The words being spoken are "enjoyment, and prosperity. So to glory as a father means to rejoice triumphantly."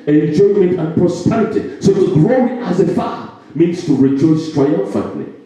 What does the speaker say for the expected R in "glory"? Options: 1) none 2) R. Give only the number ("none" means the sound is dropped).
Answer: 1